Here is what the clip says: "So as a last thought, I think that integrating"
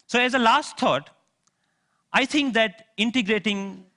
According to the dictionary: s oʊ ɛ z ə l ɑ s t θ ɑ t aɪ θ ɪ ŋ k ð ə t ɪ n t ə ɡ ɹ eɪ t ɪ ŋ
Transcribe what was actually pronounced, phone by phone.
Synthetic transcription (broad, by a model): s oʊ ɛ z ə l ɑ s t t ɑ t aɪ t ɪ ŋ k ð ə t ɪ n t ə ɡ ɹ eɪ t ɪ ŋ